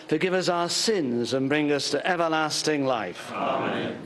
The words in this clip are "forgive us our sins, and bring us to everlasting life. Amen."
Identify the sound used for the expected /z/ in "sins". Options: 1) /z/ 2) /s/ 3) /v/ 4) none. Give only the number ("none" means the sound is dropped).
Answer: 1